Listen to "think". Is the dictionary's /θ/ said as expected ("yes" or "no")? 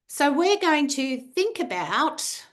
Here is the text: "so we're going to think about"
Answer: yes